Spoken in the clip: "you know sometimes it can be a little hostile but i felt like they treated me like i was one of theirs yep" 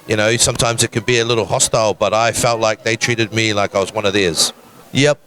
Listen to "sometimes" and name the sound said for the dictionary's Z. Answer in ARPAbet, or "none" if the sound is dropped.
Z